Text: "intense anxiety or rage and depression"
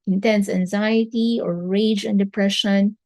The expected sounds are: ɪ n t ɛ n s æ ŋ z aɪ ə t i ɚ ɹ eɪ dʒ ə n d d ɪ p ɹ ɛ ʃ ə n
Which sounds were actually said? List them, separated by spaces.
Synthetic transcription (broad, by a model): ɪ n t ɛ n s æ ŋ z aɪ ə t i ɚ ɹ eɪ dʒ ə n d d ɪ p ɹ ɛ ʃ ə n